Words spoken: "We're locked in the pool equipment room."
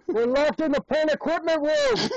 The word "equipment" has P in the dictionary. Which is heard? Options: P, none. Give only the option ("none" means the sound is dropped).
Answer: P